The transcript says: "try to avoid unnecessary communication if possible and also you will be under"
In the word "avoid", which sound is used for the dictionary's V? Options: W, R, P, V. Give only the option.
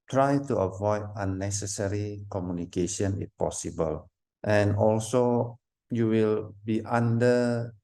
V